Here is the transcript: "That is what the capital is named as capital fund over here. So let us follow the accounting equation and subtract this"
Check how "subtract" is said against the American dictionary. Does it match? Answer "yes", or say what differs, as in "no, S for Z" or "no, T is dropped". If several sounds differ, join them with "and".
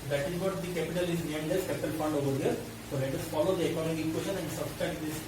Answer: no, K is dropped